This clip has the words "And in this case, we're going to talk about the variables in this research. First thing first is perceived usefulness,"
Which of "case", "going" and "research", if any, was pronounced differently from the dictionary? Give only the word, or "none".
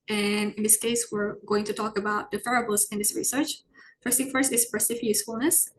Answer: none